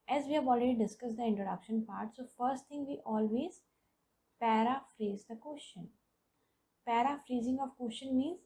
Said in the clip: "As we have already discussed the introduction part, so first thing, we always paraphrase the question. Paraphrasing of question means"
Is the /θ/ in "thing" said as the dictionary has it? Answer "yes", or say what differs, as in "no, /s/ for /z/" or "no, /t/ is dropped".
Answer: no, /t/ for /θ/